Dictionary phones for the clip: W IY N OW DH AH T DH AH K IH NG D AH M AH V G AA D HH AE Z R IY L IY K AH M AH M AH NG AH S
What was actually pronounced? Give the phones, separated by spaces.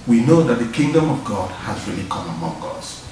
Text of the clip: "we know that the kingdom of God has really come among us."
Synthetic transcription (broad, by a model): W IY N OW DH AH T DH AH K IH NG D AH M AH V G AA D HH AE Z R IY L IY K AH M AH M AH NG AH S